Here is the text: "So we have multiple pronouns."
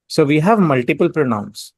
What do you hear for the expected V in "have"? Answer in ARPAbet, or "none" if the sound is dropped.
V